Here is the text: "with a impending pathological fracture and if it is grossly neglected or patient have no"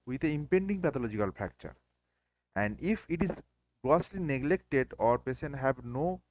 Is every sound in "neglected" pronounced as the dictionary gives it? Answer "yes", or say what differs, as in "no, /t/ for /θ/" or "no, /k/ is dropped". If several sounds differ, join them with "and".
yes